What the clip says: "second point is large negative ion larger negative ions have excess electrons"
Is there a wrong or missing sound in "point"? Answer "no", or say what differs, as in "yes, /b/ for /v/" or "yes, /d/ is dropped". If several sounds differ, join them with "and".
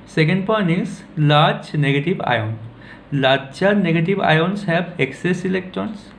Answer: yes, /t/ is dropped